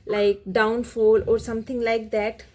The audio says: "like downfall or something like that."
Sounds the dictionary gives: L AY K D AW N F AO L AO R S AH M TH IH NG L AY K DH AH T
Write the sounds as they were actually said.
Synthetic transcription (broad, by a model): L AY K D AW N F AO L AO R S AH M T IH NG L AY K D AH T